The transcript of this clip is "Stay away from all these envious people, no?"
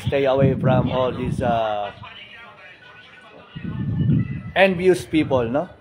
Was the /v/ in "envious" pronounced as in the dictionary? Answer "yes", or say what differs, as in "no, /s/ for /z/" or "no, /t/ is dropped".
no, /b/ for /v/